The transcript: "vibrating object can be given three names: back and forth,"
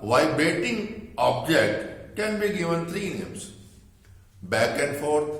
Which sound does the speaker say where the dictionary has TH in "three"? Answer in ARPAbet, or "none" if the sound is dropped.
T